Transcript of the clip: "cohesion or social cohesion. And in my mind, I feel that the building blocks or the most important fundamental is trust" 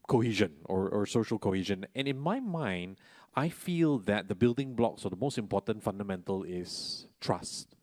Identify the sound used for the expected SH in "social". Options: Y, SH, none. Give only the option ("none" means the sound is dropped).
SH